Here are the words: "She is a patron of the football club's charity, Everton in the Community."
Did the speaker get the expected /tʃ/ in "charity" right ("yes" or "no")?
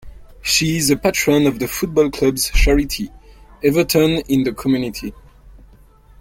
no